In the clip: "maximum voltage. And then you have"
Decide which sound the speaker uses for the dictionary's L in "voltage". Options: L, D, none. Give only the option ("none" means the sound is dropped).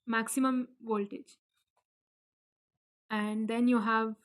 L